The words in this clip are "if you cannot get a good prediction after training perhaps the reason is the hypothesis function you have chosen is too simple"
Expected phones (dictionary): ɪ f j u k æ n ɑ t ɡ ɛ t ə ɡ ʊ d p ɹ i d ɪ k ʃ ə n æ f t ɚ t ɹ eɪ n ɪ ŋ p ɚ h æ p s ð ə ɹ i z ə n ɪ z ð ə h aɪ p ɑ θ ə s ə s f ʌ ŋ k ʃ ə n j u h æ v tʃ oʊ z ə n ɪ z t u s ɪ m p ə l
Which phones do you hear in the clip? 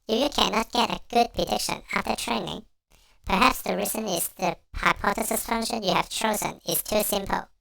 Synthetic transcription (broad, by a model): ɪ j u k æ n ɑ t ɡ ɛ t ə ɡ ʊ d p ɹ i d ɪ k ʃ ə n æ f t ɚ t ɹ eɪ n ɪ ŋ p ɚ h æ p s ð ə ɹ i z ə n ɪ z ð ə h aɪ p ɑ t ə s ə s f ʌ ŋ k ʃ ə n j u h æ v tʃ oʊ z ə n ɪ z t u s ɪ m p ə l